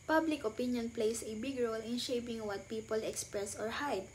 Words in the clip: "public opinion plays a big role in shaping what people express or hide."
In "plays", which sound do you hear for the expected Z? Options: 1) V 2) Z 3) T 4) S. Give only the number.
4